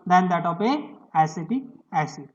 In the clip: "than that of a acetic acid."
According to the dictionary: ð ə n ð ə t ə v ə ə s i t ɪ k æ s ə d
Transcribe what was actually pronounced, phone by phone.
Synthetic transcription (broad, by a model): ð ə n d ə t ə p ə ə s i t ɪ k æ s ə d